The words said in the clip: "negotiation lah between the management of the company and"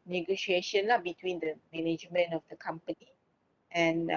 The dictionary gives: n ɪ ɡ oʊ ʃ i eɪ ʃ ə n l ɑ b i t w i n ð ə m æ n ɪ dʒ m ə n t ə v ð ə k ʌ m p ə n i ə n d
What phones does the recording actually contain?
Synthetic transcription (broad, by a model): n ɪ ɡ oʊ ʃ i eɪ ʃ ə n l ɑ b i t w i n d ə m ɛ n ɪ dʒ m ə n ə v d ə k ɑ m p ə n i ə n